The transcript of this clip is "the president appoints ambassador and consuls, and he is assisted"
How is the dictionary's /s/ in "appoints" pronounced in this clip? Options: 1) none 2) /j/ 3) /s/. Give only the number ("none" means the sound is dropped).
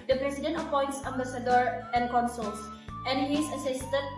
3